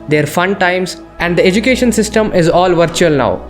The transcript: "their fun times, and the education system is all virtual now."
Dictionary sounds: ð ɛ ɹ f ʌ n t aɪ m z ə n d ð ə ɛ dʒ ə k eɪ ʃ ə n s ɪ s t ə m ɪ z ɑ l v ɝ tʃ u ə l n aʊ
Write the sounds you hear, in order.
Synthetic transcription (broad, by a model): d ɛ ɹ f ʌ n t aɪ m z ə n d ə ɛ dʒ ə k eɪ ʃ ə n s ɪ s t ə m ɪ z ɑ l v ɝ tʃ u ə l n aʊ